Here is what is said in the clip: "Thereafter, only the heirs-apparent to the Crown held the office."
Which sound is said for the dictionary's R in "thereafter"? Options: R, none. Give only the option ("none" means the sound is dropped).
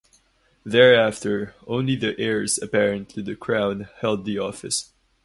R